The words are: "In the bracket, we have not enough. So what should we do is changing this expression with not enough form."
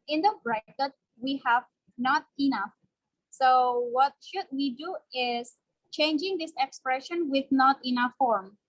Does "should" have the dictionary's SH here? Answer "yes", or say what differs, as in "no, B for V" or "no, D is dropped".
yes